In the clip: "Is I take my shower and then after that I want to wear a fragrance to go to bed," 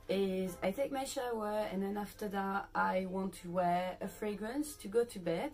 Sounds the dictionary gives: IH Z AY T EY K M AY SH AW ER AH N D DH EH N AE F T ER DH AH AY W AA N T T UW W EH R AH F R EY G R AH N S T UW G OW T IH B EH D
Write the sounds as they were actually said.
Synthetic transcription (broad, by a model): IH Z AY T EY K M AY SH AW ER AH N DH EH N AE F T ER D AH AY W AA N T T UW W EH R AH F R EY G R AH N S T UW G OW T IH B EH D